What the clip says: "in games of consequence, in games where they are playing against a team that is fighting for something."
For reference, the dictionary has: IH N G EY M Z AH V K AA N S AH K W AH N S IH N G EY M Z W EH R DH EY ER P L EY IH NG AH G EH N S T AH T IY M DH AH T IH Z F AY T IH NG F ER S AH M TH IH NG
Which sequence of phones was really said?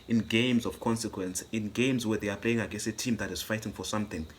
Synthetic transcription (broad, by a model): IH N G EY M Z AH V K AA N S AH K W AH N S IH N G EY M Z W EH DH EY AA P L EY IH NG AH G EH S AH T IY M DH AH T IH Z F AY T IH NG F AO S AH M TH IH NG